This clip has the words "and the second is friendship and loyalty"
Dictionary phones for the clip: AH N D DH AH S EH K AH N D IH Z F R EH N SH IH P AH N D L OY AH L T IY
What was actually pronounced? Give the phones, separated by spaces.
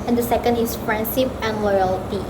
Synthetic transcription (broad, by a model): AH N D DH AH S EH K AH N D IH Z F R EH N S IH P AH N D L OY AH L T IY